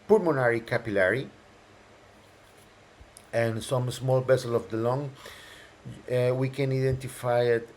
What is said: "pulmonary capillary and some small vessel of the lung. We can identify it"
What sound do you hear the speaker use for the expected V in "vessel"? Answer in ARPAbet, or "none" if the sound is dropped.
B